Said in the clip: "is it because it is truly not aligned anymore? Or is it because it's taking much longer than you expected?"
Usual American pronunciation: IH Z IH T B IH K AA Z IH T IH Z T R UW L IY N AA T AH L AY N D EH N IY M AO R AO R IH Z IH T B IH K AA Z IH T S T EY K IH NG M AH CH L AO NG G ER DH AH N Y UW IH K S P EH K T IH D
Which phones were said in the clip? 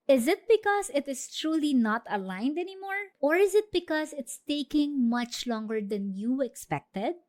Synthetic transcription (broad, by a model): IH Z IH T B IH K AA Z IH T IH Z T R UW L IY N AA T AH L AY N D EH N IY M AO R AO R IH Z IH T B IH K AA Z IH T S T EY K IH NG M AH CH L AO NG G ER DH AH N Y UW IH K S P EH K T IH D